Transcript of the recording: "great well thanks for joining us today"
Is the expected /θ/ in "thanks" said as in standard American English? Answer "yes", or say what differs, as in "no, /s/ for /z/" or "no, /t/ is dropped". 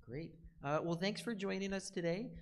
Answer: yes